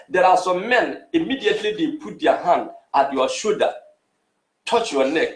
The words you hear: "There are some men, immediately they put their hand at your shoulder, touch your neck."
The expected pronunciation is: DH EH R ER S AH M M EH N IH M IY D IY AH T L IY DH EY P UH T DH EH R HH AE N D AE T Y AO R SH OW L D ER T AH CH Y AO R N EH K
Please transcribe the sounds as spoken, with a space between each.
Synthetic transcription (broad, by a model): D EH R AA S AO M M EH N IH M IY D IY AH T L IY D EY P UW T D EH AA HH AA N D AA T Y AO SH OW D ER T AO CH Y AO N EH K